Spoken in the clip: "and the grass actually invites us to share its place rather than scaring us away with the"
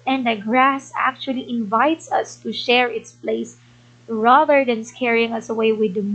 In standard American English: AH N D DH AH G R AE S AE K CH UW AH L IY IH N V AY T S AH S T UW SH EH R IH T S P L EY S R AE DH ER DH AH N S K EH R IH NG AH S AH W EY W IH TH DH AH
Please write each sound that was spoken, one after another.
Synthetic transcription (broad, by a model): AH N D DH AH G R AE S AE K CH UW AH L IY IH N V AY T S AH S T UW SH EH R IH T S P L EY S R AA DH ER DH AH N S K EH R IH NG AH S AH W EY W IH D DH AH